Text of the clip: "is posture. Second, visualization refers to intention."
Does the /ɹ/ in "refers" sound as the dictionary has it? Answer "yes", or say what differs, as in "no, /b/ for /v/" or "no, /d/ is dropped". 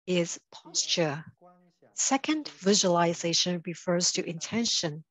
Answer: yes